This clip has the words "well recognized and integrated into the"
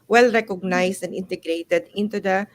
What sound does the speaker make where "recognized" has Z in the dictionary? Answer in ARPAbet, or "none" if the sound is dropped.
S